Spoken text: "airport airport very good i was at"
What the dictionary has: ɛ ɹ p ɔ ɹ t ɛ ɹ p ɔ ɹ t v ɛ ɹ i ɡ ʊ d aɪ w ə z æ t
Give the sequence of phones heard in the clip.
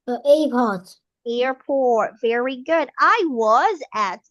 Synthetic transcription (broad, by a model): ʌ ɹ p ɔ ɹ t ɛ ɹ p ɔ ɹ t v ɛ ɹ i ɡ ʊ d aɪ w ə z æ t